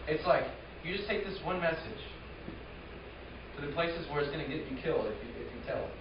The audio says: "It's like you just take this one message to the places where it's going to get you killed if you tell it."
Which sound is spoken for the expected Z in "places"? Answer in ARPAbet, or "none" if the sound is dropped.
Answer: Z